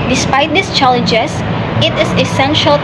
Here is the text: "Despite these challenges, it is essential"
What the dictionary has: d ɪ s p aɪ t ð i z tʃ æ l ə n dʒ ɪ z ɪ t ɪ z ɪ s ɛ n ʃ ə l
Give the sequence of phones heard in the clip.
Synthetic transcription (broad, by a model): d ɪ s p aɪ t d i s tʃ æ l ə n dʒ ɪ s ɪ t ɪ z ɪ s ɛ n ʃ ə l